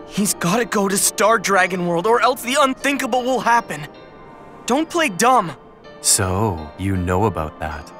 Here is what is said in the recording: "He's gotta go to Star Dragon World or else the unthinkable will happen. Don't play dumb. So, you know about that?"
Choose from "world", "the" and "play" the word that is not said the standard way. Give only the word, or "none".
none